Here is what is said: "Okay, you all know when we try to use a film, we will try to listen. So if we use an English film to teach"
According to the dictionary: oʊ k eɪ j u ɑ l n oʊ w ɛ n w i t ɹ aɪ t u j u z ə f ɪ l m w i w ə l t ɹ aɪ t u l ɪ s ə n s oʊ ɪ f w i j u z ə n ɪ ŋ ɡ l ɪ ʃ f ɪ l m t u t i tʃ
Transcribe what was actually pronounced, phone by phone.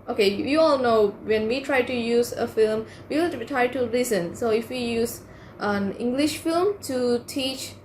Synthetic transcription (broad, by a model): oʊ k eɪ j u ɑ l n oʊ w ɛ n w i t ɹ aɪ t u j u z ə f ɪ l m w i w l t ɹ aɪ t u l ɪ s ə n s oʊ ɪ f w i j u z ə n ɪ ŋ ɡ l ɪ ʃ f ɪ l m t u t i tʃ